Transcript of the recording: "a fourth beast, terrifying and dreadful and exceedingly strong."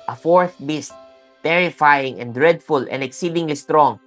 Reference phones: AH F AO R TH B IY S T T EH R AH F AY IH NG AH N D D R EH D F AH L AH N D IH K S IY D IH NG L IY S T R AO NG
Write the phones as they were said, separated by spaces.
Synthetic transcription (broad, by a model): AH F AO R TH B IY S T T EH R AH F AY IH NG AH N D D R EH D F AH L AH N D IH K S IY D IH NG L IY S T R AO NG